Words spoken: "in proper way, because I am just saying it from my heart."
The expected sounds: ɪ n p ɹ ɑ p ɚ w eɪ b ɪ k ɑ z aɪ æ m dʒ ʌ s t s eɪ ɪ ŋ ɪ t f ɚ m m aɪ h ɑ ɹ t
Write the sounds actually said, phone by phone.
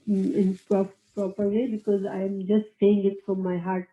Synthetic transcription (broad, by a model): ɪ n p ɹ ɑ p ɚ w eɪ b ɪ k ɑ z aɪ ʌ m dʒ ʌ s t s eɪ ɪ ŋ ɪ t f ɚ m m aɪ h ɑ ɹ t